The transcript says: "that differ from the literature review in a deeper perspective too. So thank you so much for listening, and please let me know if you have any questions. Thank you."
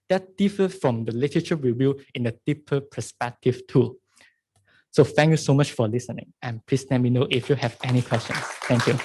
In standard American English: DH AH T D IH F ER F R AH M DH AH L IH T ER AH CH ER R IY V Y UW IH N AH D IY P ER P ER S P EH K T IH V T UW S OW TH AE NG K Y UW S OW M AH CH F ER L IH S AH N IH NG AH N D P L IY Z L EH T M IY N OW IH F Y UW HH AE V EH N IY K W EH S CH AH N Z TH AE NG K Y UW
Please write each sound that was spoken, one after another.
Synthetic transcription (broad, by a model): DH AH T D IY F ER F R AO M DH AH L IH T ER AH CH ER W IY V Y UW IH N AH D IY P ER P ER S P EH K T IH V T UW S OW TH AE NG K Y UW S OW M AH CH F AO L IH S AH N IH NG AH N P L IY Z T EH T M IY N OW IH F Y UW HH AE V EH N IY K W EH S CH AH N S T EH NG K Y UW